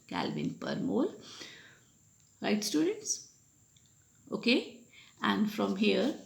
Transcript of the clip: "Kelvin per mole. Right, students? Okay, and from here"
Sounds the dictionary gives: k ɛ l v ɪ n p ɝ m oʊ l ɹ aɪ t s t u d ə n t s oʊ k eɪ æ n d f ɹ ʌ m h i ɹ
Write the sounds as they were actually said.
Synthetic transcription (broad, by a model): k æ l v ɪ n p ɝ m oʊ l ɹ aɪ t s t u d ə n t s oʊ k eɪ æ n d f ɹ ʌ m h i ɹ